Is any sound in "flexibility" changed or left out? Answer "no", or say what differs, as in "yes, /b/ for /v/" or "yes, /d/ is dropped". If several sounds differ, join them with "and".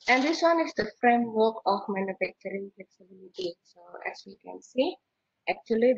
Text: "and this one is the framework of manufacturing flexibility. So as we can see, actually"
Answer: no